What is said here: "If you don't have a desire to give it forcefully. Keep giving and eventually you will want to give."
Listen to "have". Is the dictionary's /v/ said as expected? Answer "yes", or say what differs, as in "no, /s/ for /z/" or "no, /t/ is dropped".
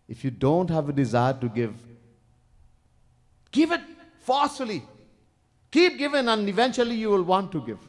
yes